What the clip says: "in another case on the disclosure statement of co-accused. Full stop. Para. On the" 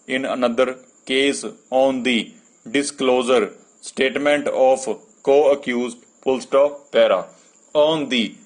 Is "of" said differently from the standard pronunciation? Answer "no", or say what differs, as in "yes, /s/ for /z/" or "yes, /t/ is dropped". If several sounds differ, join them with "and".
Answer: yes, /p/ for /v/